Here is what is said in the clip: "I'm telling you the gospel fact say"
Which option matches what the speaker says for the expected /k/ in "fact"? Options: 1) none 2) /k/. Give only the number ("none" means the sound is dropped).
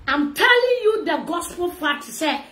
1